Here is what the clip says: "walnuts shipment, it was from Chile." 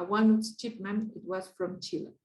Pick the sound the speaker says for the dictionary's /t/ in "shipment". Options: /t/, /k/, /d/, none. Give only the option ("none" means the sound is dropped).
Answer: none